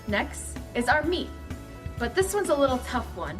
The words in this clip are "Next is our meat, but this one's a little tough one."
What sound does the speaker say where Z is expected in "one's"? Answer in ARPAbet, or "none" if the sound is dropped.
Z